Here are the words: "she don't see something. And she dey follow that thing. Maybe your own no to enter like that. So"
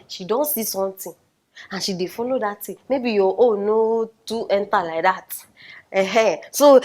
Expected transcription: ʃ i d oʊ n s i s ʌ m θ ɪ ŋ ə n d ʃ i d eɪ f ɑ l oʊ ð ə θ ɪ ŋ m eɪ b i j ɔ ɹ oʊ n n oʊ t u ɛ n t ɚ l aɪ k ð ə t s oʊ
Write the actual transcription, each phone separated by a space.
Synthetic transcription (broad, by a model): ʃ i d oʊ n s i s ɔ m t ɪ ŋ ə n ʃ i d eɪ f ɑ l oʊ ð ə t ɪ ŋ m eɪ b i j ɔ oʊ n n oʊ t u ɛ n t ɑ l aɪ k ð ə t s oʊ